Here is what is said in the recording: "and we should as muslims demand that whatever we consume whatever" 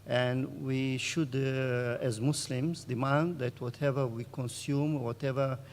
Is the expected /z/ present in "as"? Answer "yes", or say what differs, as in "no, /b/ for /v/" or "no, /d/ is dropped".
yes